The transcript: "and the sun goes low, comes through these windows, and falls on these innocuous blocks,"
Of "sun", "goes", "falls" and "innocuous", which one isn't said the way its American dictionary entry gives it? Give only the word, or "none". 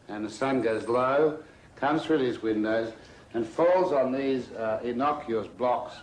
none